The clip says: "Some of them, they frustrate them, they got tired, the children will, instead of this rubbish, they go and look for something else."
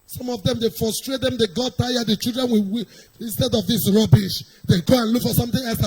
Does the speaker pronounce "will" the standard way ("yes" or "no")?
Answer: no